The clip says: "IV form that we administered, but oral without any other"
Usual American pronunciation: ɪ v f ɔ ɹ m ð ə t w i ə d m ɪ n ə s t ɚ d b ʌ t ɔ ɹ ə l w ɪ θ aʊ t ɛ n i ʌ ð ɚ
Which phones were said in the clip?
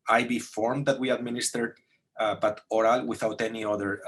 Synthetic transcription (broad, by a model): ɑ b f ɔ ɹ m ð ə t w i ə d m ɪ n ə s t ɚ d b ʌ t ɔ ɹ ə l w ɪ θ aʊ t ɛ n i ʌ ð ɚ